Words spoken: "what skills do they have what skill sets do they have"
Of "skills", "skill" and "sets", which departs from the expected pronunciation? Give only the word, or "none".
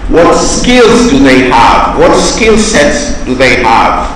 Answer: none